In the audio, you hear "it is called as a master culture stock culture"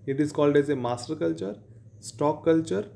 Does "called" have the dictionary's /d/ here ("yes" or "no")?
yes